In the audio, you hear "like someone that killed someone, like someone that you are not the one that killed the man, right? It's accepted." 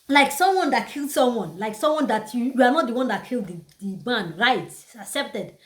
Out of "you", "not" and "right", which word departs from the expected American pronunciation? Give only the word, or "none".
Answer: right